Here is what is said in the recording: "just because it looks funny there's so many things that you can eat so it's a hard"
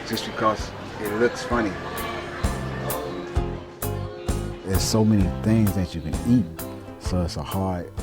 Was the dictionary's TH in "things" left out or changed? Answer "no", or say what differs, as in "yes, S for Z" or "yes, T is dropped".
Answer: no